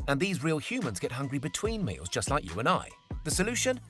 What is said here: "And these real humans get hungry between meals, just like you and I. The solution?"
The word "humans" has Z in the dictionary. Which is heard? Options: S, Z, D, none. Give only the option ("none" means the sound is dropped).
Z